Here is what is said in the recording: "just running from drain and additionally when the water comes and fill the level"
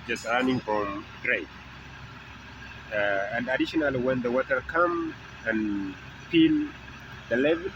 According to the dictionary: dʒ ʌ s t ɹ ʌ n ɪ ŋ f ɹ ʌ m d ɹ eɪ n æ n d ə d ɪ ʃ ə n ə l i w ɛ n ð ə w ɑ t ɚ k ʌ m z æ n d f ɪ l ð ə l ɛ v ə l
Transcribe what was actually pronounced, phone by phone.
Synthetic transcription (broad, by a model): dʒ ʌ s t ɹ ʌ n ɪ ŋ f ɹ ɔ m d ɹ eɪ æ n d ə d ɪ ʃ ə n ə l i w ɛ n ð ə w ɑ t ɚ k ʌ m æ n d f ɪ l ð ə l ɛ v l